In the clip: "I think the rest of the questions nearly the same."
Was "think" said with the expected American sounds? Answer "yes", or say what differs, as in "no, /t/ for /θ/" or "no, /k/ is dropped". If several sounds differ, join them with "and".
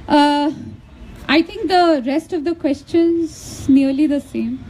no, /t/ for /θ/